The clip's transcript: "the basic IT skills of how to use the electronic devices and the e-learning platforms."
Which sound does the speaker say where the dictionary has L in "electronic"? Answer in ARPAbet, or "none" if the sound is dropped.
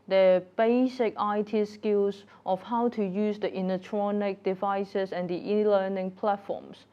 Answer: N